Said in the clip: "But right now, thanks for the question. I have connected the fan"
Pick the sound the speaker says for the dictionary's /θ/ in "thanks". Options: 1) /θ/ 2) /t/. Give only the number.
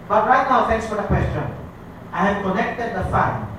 2